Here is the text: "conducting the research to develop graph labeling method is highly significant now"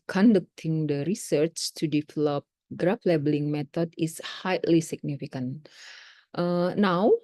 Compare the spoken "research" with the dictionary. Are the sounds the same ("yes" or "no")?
yes